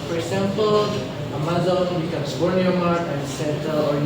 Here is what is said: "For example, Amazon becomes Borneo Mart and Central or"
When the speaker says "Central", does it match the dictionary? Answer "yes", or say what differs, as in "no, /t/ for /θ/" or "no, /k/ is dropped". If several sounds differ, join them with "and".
no, /ɹ/ is dropped